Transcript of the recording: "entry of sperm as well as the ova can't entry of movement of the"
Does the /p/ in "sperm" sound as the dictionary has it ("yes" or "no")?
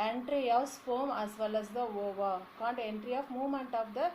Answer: no